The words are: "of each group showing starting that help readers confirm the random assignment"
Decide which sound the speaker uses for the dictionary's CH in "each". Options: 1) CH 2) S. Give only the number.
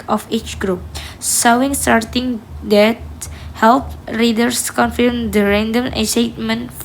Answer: 1